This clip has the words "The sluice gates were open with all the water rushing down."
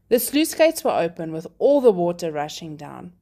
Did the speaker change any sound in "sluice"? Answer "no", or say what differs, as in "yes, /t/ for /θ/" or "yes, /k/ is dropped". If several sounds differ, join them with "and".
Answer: no